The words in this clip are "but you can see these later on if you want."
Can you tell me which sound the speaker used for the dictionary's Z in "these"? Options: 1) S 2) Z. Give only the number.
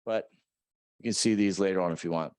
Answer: 2